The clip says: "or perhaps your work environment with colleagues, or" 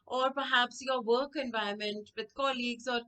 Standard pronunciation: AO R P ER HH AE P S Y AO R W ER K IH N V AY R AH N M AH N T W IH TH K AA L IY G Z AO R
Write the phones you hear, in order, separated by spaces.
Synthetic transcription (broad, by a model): AO R P ER HH AE P S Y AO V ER K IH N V AY AH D M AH N T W IH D K AA L IY G Z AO R